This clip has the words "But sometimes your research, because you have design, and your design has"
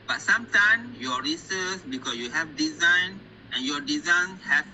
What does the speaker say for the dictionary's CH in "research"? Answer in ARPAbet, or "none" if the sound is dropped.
S